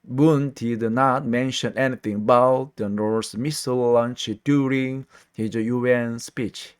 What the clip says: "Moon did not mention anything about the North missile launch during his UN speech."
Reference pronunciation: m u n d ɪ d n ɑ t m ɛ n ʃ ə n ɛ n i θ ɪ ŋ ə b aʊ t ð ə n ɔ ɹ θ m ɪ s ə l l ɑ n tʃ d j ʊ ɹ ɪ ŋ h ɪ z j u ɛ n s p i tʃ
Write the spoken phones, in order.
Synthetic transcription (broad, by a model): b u n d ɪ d n ɑ t m ɛ n ʃ ə n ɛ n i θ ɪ ŋ ə b aʊ t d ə n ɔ ɹ s m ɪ s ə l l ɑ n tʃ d j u ɹ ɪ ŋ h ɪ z j u ɛ n s p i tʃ